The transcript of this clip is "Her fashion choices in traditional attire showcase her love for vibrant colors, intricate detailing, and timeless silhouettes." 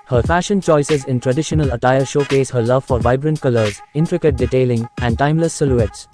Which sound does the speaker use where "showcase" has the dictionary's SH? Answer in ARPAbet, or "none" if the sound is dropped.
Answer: SH